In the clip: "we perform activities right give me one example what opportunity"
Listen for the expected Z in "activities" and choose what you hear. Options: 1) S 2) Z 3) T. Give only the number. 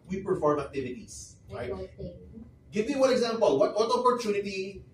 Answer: 1